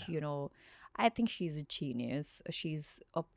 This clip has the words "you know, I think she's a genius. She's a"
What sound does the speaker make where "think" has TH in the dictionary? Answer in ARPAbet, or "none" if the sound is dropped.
TH